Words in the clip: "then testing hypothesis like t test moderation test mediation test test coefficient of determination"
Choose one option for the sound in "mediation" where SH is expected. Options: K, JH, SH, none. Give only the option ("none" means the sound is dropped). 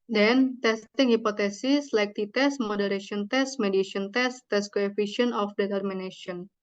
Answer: none